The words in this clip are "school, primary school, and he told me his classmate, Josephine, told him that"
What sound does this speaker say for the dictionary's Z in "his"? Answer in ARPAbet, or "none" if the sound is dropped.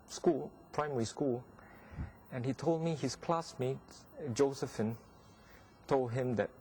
S